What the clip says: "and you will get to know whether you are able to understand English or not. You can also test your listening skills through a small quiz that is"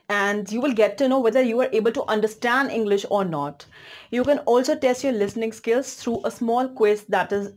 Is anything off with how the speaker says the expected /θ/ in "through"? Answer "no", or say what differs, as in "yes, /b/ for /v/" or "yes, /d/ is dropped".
yes, /t/ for /θ/